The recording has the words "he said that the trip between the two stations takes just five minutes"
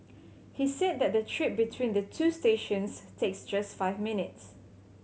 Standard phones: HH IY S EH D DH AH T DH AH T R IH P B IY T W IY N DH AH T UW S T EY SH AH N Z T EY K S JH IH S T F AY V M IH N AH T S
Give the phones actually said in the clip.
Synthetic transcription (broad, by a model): HH IY S EH D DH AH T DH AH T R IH P B IY T W IY N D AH T UW S T EY SH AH N S T EY K S JH IH S T F AY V M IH N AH T S